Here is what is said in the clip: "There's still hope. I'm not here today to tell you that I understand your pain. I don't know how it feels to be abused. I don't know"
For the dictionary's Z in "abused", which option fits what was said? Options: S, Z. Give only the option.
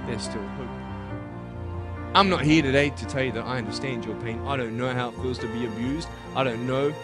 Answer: Z